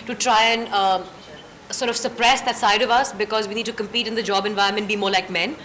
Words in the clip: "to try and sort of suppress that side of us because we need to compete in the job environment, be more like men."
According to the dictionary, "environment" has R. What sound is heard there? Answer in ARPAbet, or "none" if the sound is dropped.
none